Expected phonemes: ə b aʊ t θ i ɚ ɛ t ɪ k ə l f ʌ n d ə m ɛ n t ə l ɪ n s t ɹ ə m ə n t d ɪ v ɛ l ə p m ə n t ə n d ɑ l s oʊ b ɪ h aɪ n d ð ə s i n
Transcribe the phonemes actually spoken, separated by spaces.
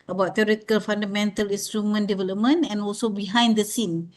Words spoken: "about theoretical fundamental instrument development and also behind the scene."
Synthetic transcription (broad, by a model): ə b aʊ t t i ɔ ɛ t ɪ k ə l f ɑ n d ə m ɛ n t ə l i n s t ɹ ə m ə n d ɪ v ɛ l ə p m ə n ə n ɑ l s oʊ b ɪ h aɪ n d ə s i n